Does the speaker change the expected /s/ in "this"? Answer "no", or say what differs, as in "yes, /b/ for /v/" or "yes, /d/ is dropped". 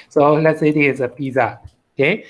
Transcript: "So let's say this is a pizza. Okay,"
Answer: yes, /s/ is dropped